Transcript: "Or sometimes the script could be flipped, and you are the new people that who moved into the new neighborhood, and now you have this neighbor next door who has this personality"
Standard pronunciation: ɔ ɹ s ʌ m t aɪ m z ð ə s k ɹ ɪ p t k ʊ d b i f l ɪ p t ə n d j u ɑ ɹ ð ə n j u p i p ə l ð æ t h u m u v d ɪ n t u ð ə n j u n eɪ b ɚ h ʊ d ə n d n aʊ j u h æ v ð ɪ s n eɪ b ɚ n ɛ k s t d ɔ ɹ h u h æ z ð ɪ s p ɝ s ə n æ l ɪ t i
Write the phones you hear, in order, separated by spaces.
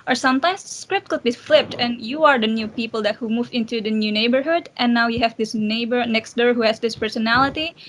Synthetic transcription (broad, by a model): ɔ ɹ s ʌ m t aɪ m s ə s k ɹ ɪ p t k ʊ d b i f l ɪ p t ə n j u ɑ ɹ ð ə n j u p i p ə l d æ t h u m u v ɪ n t u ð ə n j u n eɪ b ɚ h ʊ d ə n n aʊ j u h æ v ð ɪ s n eɪ b ɚ n ɛ k s t d ɔ ɹ h u h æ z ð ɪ s p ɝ s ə n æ l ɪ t i